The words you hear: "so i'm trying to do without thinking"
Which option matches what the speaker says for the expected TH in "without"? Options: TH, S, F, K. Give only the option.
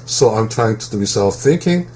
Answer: S